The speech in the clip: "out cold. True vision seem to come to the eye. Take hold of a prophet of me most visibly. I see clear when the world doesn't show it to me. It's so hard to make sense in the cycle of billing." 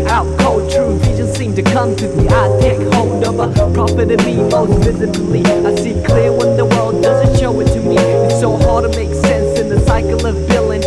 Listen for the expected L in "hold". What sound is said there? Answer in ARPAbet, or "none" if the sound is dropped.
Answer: N